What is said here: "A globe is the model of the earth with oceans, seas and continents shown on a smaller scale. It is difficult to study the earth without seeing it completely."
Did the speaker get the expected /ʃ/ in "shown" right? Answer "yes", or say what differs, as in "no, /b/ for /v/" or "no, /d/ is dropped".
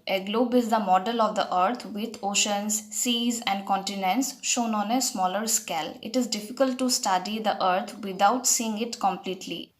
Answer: yes